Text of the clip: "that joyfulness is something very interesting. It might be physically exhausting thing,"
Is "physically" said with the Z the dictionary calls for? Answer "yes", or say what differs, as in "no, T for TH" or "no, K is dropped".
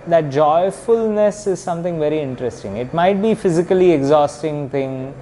yes